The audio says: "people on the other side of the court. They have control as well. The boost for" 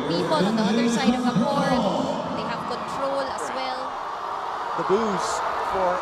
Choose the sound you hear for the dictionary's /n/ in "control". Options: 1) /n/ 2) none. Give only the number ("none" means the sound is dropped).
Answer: 1